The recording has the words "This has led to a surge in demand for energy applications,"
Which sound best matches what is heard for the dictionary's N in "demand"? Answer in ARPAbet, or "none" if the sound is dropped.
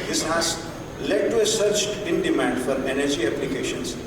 N